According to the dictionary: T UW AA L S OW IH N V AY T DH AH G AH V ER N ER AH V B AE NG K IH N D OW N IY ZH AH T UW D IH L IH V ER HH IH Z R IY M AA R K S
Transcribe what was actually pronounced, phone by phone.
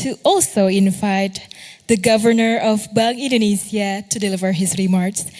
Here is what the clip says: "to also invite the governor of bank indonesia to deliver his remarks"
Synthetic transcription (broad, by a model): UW AA L S OW IH N V AY T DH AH G AH V ER N ER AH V B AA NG IH N D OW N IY S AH T UW D IH L IH V ER HH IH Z R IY M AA R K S